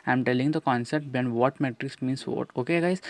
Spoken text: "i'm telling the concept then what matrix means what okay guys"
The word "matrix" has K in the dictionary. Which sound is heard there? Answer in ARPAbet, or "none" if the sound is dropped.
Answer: K